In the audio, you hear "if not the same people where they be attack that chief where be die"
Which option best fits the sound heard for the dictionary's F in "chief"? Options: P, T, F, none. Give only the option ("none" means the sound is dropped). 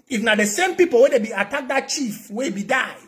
F